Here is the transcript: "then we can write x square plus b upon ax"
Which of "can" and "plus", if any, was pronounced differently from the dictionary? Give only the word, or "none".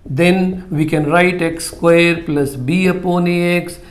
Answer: none